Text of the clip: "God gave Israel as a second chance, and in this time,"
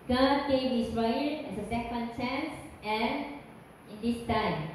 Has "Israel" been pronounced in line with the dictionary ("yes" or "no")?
no